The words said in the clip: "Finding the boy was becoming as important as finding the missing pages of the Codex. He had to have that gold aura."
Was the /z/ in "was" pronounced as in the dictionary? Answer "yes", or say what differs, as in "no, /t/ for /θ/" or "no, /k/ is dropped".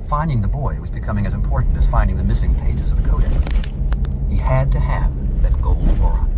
yes